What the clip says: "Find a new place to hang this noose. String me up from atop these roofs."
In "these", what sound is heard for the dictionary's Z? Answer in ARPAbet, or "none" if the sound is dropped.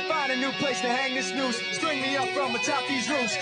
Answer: Z